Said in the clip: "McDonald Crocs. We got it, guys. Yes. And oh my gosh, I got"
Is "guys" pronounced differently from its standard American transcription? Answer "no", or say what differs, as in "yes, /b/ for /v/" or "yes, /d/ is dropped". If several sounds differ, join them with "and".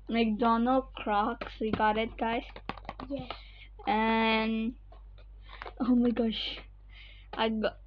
yes, /s/ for /z/